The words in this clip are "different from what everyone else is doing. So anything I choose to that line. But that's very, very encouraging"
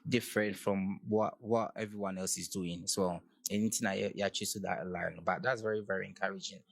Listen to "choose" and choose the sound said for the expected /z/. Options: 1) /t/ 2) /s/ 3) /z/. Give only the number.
2